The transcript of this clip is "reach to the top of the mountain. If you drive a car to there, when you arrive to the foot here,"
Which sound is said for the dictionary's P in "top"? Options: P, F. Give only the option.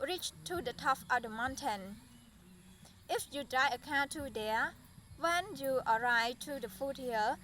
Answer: F